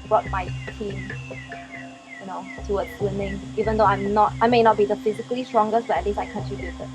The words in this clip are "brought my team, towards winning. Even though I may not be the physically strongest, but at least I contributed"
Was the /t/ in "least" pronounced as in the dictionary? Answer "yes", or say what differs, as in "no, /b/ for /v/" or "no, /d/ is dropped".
no, /t/ is dropped